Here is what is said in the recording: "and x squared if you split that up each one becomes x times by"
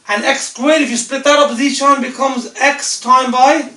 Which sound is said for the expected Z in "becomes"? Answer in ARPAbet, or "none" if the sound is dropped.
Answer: Z